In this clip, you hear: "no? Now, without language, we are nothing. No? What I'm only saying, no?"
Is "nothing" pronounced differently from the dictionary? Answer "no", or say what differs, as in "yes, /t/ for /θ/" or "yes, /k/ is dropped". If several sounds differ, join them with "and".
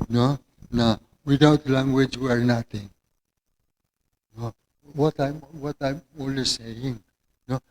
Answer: yes, /t/ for /θ/